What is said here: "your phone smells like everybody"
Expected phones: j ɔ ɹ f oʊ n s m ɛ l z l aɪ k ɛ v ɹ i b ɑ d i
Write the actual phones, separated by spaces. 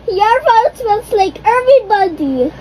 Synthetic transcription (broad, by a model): j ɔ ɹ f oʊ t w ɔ z l aɪ k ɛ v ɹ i b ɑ d i